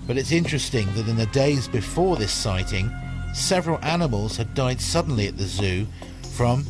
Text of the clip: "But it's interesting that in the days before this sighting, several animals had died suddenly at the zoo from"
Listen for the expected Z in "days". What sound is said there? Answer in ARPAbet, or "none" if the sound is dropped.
Z